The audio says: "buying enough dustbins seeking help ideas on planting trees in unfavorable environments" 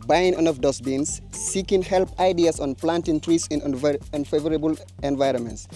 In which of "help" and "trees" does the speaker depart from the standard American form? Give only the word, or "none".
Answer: trees